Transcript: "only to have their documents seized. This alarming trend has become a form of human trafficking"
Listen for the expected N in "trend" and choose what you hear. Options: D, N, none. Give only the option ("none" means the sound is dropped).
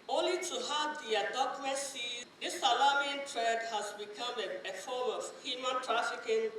none